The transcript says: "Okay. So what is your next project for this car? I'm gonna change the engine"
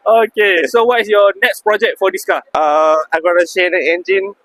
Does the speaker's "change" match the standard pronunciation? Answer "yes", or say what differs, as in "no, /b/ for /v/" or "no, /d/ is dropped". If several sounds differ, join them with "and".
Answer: no, /ʃ/ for /tʃ/